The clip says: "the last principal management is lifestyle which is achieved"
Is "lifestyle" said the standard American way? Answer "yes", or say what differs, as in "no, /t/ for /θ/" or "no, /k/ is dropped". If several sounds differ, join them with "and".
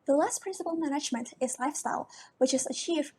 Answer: yes